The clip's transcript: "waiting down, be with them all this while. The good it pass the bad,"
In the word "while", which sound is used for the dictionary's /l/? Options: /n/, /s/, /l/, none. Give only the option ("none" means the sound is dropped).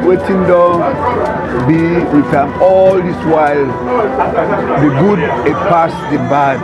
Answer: /l/